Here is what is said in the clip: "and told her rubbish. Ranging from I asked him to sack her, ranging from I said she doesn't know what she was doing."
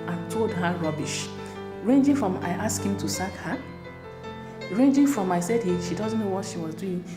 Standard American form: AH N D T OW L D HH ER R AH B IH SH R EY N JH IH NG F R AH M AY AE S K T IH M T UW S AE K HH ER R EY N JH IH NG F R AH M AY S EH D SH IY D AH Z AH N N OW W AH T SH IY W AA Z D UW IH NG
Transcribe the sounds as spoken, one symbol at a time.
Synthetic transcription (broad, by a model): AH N T OW L D HH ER R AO B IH SH R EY N JH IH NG F R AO M AY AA S K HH IH M T UW S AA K HH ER R EY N JH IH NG F R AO M AY S EH D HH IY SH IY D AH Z N OW W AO T SH IY W AA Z D UW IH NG